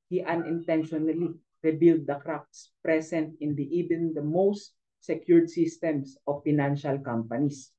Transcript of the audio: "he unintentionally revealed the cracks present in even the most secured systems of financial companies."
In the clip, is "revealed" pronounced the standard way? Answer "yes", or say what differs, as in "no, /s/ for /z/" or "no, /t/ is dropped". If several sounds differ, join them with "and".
no, /b/ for /v/